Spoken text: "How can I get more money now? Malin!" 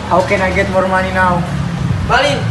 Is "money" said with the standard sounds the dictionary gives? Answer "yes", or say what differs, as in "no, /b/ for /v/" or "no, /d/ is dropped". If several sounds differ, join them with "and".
no, /l/ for /n/